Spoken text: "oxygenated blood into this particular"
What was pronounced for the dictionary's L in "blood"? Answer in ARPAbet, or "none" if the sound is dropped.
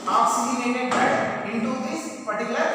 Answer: none